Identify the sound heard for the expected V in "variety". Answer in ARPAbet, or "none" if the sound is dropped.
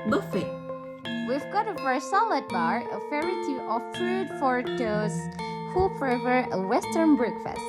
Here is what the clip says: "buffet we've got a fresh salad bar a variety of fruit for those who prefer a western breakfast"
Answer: F